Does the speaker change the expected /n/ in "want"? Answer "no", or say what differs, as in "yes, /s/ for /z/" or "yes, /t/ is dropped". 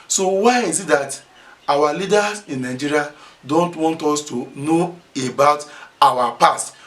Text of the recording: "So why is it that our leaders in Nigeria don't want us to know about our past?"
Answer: no